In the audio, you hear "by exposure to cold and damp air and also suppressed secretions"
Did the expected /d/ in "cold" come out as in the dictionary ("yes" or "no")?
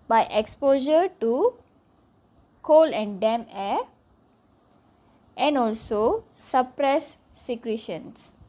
no